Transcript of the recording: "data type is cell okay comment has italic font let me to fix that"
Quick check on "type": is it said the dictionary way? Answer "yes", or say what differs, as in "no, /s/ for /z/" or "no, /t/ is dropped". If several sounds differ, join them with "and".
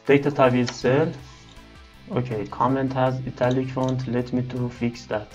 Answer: no, /b/ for /p/